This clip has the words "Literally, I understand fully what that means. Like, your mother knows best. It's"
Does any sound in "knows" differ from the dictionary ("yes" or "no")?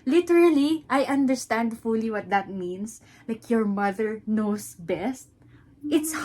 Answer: yes